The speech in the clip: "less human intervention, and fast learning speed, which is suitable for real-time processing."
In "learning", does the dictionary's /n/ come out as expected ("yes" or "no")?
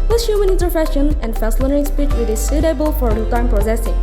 no